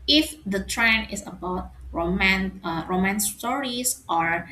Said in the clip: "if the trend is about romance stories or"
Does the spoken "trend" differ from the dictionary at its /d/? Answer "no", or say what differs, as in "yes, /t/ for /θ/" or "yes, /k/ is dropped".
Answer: yes, /d/ is dropped